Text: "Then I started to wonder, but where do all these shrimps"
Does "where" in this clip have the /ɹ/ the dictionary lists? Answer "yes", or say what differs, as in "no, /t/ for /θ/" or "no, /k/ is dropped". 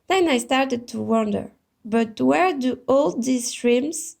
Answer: yes